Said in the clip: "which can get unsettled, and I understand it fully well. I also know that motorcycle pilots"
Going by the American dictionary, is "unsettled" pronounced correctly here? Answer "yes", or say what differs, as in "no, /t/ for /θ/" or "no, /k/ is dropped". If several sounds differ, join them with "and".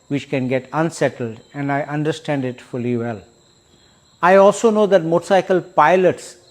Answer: yes